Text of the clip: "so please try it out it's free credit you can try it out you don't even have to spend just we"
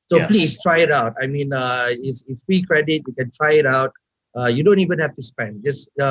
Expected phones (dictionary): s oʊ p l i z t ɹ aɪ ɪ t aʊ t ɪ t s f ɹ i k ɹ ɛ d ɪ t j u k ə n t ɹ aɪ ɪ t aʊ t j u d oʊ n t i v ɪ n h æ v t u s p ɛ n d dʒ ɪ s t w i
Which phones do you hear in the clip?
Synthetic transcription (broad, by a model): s oʊ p l i s t ɹ aɪ ɪ t aʊ t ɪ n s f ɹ i k ɹ ɛ d ɪ t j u k ə n t ɹ aɪ ɪ t aʊ t j u d oʊ n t i v ɪ n h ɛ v t u s p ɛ n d dʒ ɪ s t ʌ